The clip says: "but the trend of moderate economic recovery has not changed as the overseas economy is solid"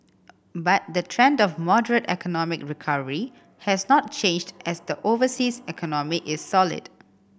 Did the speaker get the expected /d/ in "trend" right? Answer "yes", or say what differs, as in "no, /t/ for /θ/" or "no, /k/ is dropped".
yes